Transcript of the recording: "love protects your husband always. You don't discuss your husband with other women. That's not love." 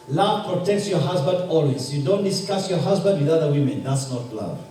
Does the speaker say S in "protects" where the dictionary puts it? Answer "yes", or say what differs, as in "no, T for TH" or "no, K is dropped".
yes